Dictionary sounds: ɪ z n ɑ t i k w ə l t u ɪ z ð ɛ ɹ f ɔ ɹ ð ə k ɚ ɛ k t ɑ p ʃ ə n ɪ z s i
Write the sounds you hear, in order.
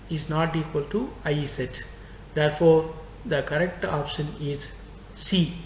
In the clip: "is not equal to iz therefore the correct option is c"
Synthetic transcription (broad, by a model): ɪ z n ɑ t i k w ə l t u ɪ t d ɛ ɹ f ɔ ɹ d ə k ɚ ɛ k t ɑ p ʃ ə n ɪ z s i